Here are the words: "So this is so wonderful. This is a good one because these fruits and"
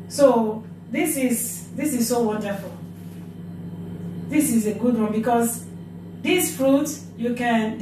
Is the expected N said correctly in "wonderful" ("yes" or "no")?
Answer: yes